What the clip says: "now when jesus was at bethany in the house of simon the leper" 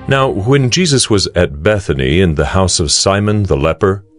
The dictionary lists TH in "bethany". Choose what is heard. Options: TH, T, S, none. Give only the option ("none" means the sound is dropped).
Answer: TH